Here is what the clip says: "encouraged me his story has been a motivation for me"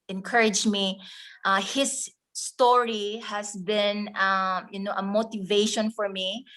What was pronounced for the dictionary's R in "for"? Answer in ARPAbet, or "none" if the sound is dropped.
R